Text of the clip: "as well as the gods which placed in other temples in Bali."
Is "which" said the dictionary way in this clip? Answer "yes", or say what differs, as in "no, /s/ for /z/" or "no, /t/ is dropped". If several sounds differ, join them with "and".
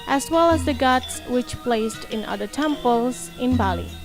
yes